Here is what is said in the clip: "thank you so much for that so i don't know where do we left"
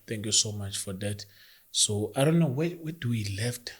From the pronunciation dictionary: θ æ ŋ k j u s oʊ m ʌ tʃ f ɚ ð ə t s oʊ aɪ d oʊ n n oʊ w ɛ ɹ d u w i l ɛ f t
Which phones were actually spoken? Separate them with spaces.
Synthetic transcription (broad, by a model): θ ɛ ŋ k j u s oʊ m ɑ tʃ f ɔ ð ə t s oʊ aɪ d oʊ n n oʊ w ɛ w d u w i l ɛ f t